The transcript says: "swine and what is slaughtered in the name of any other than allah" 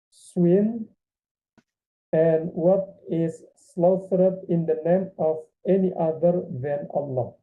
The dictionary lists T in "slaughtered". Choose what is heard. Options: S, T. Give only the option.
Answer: S